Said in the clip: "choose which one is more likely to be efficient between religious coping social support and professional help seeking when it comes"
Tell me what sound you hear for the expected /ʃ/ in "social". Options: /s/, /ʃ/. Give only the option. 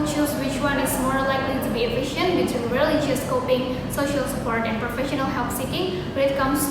/ʃ/